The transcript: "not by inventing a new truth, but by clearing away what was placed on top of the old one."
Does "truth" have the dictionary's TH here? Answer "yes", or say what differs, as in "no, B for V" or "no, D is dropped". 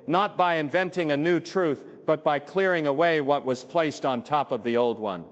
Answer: yes